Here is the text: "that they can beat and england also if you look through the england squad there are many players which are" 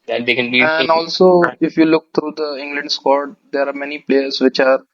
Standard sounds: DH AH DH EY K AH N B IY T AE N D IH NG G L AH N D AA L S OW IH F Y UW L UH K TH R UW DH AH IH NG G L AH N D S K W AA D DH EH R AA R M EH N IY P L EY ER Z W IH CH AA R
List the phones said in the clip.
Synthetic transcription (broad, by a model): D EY K AH N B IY AE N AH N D AA L S OW IH F Y UW L UH K T R UW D AH IH NG G L AH N D S K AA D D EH R AA R M EH N IY P L EY ER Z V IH CH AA R